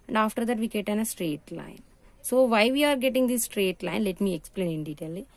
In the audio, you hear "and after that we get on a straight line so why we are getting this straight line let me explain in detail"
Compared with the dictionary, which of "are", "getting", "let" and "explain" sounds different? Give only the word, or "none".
none